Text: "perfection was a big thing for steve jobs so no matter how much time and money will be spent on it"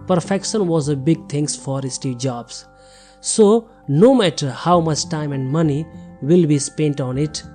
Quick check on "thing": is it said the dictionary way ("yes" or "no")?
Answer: no